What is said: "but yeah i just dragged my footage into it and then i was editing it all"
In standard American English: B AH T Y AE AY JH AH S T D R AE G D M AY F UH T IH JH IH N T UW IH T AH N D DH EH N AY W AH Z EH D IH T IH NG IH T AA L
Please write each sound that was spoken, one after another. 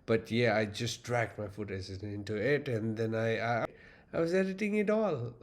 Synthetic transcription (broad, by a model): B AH T Y AE AY JH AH S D R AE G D M AY F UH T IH Z IH N T UW IH T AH N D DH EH N AY W AH Z EH D IH T IH NG IH T AA L